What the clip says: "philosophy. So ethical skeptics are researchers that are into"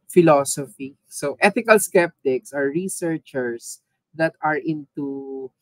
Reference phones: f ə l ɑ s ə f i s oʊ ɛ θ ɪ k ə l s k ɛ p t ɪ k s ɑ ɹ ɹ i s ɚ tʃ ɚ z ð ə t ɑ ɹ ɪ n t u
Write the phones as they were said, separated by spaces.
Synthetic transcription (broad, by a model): f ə l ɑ s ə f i s oʊ ɛ t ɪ k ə l s k ɛ p t ɪ k s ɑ ɹ ɹ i s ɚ tʃ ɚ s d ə t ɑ ɹ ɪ n t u